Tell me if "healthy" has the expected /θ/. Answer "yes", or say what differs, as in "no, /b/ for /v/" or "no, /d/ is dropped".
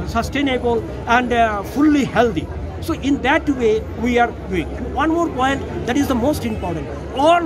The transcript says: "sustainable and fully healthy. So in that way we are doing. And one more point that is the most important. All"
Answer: no, /t/ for /θ/